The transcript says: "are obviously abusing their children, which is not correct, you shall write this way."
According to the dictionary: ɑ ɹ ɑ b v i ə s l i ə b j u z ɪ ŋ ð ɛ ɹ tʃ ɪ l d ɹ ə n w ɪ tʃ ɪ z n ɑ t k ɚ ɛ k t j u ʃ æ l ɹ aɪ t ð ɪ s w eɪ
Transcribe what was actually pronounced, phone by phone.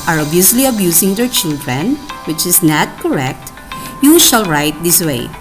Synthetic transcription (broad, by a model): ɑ ɹ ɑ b i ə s l i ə b j u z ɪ ŋ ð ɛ ɹ tʃ ɪ l d ɹ ə n w ɪ tʃ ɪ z n ɑ t k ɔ ɛ k t j u ʃ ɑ l ɹ aɪ t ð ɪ s w eɪ